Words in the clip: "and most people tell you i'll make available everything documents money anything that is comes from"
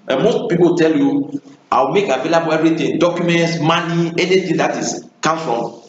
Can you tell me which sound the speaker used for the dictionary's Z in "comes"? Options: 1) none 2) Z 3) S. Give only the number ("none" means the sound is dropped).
1